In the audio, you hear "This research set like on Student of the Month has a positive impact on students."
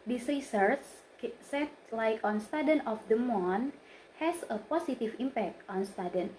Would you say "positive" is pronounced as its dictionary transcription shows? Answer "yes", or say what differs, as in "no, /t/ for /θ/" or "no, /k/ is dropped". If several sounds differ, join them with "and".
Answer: no, /s/ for /z/